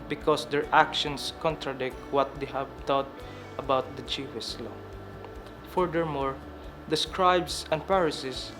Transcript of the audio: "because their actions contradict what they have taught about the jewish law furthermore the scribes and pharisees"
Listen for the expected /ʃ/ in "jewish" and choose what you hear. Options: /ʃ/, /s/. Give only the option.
/s/